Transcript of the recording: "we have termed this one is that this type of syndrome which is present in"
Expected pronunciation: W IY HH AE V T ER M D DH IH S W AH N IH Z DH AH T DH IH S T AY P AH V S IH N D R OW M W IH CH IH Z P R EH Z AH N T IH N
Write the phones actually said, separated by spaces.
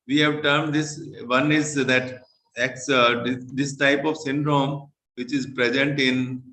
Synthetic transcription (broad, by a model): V IY HH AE V T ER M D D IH S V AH N IH Z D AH T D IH S T AY P AH V S IH N D R OW M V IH CH IH Z P R EH Z AH N T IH N